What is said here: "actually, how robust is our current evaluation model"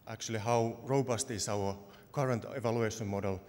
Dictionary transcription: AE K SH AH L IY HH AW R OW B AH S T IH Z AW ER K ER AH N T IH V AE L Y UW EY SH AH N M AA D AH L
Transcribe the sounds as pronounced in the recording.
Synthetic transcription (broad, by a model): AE K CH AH L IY HH AW R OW B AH S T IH S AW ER K ER AH N T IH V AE L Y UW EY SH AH N M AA D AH L